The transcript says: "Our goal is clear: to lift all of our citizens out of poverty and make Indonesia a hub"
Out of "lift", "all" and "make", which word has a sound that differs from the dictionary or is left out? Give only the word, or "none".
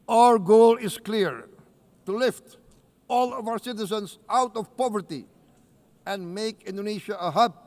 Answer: none